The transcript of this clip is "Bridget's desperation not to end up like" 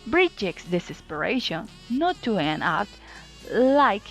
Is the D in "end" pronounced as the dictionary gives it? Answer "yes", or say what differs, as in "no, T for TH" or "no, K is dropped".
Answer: no, D is dropped